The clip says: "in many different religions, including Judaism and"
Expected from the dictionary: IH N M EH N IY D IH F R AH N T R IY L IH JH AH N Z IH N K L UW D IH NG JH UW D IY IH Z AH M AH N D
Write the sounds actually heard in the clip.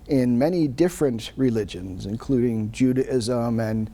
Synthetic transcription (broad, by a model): IH N M EH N IY D IH F R AH N T R IY L IH JH AH N Z IH N K L UW D IH NG JH UW D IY IH Z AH M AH N